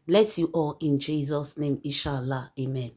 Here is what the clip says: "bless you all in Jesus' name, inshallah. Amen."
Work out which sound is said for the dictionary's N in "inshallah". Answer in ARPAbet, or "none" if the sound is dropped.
none